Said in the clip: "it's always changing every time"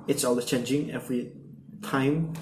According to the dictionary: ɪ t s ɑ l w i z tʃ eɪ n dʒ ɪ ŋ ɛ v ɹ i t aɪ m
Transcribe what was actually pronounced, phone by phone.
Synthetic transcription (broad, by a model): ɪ t s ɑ l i tʃ eɪ n dʒ ɪ ŋ ɛ v ɹ i t aɪ m